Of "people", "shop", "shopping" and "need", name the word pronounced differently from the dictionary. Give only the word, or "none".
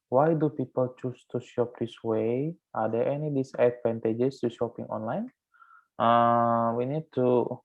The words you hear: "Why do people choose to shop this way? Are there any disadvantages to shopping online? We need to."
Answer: none